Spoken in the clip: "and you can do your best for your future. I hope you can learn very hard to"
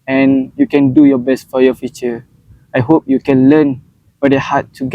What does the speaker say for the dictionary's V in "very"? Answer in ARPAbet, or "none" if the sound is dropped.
W